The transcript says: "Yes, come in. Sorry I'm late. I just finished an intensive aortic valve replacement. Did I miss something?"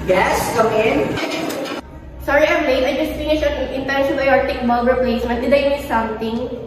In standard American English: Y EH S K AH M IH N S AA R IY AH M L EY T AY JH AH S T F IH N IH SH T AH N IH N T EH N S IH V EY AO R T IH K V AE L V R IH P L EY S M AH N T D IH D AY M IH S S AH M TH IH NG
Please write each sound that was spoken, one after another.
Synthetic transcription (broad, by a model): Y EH S K AH M IH N S AA R IY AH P L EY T AY JH AH S T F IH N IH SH AH N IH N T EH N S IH B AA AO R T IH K B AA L B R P L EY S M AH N D IH D AY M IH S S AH M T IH NG